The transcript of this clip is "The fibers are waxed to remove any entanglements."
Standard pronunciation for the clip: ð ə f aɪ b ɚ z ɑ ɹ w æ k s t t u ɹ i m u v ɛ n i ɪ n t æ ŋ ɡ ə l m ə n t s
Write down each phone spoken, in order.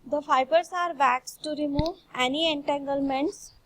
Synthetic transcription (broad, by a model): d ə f aɪ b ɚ s ɑ ɹ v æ k s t t u ɹ i m u v ɛ n i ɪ n t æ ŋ ɡ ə l m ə n t s